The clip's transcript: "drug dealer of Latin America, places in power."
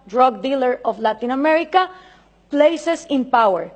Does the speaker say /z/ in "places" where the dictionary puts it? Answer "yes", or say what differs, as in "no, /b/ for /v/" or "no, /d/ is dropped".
no, /s/ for /z/